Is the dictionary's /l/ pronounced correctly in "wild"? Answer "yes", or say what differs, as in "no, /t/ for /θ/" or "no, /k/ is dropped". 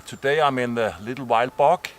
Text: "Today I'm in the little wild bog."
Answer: yes